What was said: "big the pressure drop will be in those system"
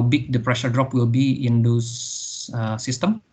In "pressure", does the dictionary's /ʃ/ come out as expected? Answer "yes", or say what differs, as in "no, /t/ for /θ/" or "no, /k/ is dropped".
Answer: yes